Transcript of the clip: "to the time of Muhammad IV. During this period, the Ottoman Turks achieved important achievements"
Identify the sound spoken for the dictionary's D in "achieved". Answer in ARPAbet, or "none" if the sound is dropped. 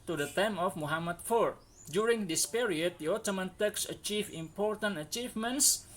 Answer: none